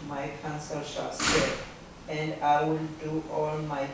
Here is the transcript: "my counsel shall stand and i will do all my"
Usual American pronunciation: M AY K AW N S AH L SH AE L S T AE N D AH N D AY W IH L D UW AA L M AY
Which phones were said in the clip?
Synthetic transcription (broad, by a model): M AY K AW N S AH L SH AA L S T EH D AH N D AY W IH L D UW AA L M AY